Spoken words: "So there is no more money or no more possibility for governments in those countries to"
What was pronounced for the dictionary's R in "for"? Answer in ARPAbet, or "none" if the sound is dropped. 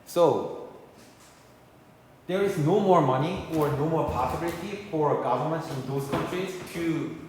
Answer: R